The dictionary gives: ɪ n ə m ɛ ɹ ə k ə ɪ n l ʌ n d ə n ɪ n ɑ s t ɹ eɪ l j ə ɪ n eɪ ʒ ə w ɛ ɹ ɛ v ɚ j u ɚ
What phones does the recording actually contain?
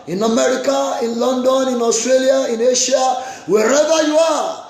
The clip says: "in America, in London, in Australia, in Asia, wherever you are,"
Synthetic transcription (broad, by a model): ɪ n ə m ɛ ɹ ə k ə ɪ n l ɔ n d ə n ɪ n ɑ s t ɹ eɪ l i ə ɪ n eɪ ʃ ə w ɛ ɹ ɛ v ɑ j u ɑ